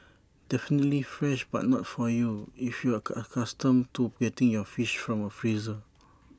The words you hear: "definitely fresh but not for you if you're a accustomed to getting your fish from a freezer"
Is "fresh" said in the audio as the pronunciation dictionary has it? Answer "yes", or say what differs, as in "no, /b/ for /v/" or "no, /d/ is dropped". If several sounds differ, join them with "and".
yes